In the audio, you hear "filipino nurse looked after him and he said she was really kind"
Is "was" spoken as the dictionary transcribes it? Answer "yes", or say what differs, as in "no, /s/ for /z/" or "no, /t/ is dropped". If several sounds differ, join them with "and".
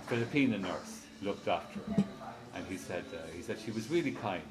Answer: yes